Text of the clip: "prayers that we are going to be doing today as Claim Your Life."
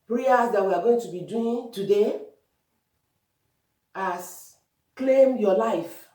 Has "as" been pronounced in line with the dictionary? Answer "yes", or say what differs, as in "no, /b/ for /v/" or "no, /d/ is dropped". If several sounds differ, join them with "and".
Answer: no, /s/ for /z/